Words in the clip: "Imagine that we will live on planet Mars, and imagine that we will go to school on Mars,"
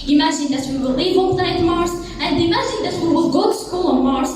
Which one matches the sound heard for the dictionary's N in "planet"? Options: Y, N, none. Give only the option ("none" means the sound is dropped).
none